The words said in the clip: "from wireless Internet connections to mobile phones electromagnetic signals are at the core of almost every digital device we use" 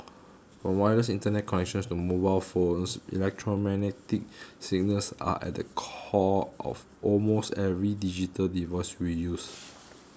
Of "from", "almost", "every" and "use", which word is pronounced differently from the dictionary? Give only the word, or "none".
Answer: from